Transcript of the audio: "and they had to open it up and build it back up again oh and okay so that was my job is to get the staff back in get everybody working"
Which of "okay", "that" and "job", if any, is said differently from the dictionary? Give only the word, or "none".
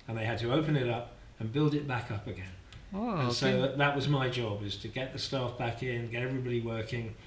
okay